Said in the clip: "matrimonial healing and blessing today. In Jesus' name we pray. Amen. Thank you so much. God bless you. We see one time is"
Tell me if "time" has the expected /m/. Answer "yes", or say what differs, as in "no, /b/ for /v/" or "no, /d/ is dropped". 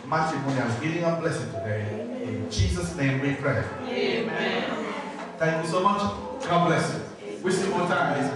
no, /m/ is dropped